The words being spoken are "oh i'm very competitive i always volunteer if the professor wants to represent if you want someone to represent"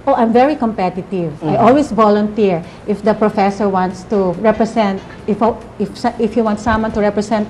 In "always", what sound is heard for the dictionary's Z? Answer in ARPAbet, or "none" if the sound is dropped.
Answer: S